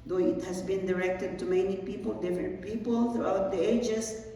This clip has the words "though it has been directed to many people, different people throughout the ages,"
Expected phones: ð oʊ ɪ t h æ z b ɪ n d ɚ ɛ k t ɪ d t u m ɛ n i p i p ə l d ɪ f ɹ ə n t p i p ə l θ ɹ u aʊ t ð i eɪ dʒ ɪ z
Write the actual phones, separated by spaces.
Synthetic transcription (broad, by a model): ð oʊ ɪ t h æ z b ɪ n d ɚ ɛ k t ɪ d t u m ɛ n i p i p ə l d ɪ f ɹ ə n t p i p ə l θ ɹ u aʊ t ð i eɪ dʒ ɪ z